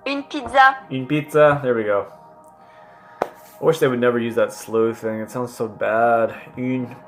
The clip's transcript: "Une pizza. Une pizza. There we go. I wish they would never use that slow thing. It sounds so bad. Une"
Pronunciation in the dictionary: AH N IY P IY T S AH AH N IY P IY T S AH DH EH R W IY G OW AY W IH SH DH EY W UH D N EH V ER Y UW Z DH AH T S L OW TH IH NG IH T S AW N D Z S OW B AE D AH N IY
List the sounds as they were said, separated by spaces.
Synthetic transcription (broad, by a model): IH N P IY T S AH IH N P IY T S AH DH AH R W IY G OW AY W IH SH DH EY W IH D N EH V ER Y UW Z DH AH T S L OW TH IH NG IH T S AW N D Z S OW B AE D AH N